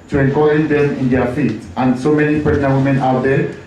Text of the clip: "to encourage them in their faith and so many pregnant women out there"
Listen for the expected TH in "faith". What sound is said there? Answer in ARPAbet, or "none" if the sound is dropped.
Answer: T